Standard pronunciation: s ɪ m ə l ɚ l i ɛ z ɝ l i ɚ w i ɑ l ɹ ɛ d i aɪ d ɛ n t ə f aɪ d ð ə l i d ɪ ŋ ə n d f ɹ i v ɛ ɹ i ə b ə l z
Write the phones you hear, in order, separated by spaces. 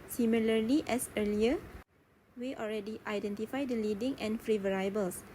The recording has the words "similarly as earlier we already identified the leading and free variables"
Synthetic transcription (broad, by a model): s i m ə l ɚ l i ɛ s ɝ l i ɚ w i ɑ l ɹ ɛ d i aɪ d ɛ n t ə f aɪ d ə l i d ɪ ŋ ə n f ɹ i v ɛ ɹ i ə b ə l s